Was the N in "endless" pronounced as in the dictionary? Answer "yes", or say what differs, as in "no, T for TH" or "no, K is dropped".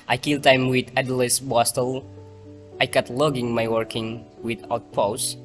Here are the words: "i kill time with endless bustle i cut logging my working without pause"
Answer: no, N is dropped